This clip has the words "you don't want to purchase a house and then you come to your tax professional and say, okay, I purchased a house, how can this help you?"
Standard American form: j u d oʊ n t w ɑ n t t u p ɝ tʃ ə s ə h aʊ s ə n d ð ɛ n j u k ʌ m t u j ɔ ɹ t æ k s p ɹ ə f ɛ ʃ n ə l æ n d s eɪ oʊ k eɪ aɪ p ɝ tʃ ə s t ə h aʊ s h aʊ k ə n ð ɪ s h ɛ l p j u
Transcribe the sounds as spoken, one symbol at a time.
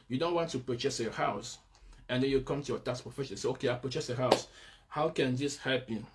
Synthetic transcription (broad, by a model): j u d oʊ n t w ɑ n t t u p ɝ tʃ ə s ə h aʊ s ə n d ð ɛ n j u k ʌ m t u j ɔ t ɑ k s p ɹ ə f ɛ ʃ ə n s eɪ oʊ k eɪ aɪ p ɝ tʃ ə s ə h aʊ s h aʊ k ə n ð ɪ s h ɛ l p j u